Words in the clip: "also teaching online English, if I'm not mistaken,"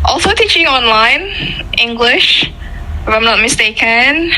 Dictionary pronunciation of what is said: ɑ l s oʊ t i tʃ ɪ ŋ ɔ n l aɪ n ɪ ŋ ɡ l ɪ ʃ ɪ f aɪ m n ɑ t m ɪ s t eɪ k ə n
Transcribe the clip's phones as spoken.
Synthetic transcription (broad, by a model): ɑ l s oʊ t i tʃ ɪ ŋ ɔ n l aɪ n ɪ ŋ ɡ l ɪ ʃ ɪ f aɪ m n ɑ t m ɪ s t eɪ k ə n